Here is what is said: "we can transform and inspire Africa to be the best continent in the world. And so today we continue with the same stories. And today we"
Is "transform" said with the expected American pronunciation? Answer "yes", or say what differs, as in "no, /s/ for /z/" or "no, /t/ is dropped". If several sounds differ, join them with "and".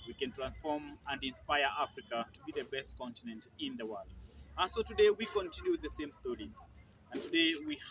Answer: yes